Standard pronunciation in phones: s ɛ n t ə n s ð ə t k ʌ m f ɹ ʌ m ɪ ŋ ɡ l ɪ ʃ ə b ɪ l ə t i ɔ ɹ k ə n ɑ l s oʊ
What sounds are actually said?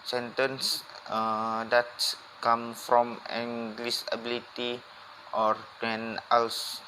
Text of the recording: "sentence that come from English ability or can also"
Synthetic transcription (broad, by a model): s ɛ n t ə n s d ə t k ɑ m f ɹ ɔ m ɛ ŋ ɡ l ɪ s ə b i l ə t i ɔ ɹ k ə n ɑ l s